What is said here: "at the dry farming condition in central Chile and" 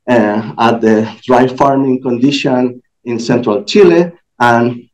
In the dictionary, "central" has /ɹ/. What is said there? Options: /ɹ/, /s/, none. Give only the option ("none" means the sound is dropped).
/ɹ/